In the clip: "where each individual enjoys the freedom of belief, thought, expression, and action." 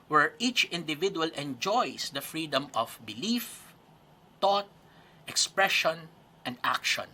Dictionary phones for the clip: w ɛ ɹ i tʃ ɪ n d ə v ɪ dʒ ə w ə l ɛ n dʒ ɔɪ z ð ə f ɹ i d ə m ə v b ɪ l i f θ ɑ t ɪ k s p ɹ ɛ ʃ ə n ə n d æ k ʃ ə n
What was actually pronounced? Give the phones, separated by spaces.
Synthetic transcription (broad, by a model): w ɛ ɹ i tʃ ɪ n d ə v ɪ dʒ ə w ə l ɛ n dʒ ɔɪ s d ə f ɹ i d ə m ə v b ɪ l i f t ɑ t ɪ k s p ɹ ɛ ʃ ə n ə n d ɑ k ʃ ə n